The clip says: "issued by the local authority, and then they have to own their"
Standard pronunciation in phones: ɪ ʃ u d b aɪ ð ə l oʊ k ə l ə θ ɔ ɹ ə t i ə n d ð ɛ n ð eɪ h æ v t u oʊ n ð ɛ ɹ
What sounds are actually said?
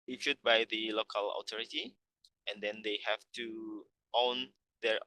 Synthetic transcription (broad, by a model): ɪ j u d b aɪ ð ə l oʊ k ə l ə t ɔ ɹ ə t i ə n d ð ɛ n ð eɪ h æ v t u oʊ n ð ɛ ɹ